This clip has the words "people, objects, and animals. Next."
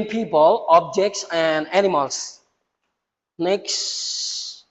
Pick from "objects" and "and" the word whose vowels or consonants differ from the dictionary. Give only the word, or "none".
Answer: none